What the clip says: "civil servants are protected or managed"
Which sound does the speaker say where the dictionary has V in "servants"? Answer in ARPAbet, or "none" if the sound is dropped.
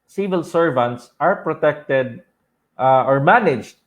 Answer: V